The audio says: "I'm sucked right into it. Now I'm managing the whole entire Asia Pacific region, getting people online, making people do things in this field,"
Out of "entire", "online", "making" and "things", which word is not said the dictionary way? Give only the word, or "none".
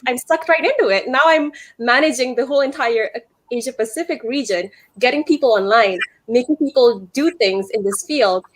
none